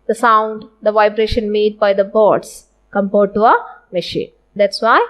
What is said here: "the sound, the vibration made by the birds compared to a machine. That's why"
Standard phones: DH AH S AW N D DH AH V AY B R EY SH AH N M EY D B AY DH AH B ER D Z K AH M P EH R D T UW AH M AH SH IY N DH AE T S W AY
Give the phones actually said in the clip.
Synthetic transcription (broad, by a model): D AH S AW N D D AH V AY B R EY SH AH N M EY D B AY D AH B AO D S K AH M P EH R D T UW AH M AH SH IY N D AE T S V AY